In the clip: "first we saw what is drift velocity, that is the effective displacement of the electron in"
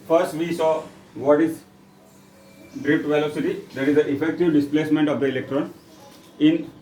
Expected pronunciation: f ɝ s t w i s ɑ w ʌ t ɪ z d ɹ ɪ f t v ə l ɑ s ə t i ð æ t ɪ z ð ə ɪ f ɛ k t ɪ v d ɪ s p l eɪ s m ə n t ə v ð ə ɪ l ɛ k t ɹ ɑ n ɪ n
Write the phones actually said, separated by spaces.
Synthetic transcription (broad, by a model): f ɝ s t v i s ɑ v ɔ t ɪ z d ɹ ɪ p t v ə l ɑ s ə t i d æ t ɪ z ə ɪ f ɛ k t ɪ v d ɪ s p l eɪ s m ə n t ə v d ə ɪ l ɛ k t ɹ ɑ n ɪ n